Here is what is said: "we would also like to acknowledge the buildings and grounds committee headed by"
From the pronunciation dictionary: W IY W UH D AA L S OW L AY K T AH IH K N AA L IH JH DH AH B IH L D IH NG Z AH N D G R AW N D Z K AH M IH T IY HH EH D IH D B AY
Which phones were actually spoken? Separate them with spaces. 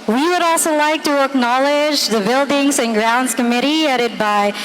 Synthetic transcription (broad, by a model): W IY W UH D AA L S OW L AY K T AH IH K N AA L IH JH DH AH B IH L D IH NG Z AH N G R AW N D Z K AH M IH T IY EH D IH D B AY